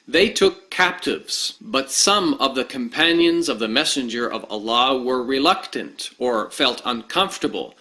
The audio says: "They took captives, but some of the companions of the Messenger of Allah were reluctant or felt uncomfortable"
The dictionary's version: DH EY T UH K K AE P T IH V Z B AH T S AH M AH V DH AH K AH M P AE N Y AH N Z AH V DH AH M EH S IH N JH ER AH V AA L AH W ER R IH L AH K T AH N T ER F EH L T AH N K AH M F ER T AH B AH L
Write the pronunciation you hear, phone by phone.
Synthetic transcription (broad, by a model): DH EY T UH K K AE P T IH V Z B AH T S AH M AH V DH AH K AH M P AE N Y AH N Z AH V DH AH M EH S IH N JH ER AH V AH L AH W ER R IH L AH K T AH N T ER F EH L T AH N K AH M F T AH B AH L